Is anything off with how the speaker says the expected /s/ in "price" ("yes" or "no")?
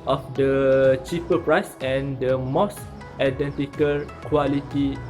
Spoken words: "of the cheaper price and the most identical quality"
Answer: no